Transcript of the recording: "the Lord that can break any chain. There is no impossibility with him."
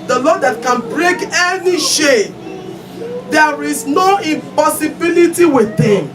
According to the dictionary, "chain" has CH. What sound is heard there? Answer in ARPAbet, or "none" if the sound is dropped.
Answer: SH